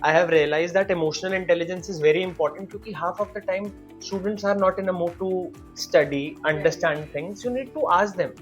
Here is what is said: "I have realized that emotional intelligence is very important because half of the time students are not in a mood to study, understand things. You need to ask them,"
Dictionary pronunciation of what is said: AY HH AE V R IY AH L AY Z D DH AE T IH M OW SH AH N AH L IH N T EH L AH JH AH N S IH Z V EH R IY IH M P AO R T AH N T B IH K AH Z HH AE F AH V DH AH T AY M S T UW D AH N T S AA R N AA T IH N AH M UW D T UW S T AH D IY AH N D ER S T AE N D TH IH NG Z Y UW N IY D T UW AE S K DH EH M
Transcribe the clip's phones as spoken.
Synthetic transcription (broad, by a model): AY HH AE V R IY AH L AY Z D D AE T IH M OW SH AH N AH L IH N T EH L AH JH AH N S IH Z V EH R IY IH M P AO R T AH N T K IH K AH HH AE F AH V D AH T AY M S T UW D AH N T S AA R N AA T IH N AH M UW T UW S T AH D IY AH N D ER S T AE N D T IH NG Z Y UW N IY D T UW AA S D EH M